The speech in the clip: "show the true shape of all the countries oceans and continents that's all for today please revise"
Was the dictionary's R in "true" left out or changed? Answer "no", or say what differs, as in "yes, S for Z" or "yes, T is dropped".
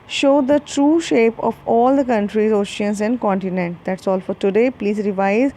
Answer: no